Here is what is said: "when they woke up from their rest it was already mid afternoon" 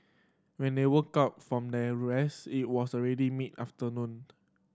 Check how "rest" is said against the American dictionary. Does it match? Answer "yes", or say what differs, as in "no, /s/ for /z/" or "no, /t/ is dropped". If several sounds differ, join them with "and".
no, /t/ is dropped